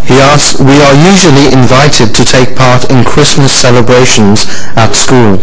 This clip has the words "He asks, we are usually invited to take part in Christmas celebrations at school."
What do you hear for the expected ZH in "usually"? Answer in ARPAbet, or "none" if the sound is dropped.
ZH